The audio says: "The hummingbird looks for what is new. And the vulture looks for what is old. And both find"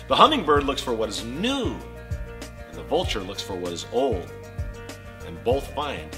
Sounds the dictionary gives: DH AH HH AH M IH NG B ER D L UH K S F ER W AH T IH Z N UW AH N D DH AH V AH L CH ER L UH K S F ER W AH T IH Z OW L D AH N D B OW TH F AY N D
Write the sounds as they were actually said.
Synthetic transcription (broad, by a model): DH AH HH AH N IH NG B ER D L UH K S F ER W AH T IH Z N UW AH N DH AH V AH L CH ER L UH K S F ER W AH T IH Z OW L D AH N B OW TH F AY N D